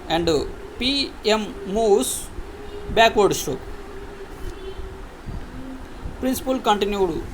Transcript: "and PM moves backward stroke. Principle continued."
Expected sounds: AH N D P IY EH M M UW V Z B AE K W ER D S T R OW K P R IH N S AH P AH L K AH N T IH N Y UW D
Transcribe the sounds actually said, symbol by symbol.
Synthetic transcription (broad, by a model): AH N D P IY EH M M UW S B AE K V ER D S T OW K P R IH N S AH P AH L K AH N T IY N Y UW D